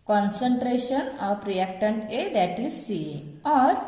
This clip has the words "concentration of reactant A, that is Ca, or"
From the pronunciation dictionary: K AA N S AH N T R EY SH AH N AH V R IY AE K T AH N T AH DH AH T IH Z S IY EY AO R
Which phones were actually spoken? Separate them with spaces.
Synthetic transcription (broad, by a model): K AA N S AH N T R EY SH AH N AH P R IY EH K T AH N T AH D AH T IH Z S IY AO R